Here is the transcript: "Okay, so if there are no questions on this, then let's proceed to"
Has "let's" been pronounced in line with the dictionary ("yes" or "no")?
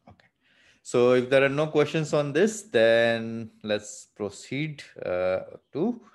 yes